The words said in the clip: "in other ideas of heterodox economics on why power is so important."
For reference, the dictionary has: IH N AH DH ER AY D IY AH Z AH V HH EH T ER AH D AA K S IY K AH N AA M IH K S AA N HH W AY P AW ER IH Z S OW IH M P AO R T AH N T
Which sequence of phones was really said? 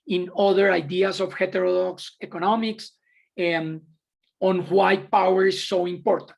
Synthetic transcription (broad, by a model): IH N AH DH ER AY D IY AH S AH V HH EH T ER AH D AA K S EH K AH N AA M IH K S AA N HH W AY P AW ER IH S OW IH M P AO R T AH N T